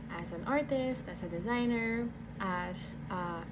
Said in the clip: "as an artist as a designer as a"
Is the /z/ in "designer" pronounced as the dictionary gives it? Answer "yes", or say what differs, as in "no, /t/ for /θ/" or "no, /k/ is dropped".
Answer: yes